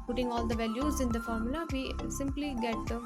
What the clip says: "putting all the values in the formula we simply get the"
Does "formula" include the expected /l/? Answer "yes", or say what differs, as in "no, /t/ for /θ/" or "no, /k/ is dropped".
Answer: yes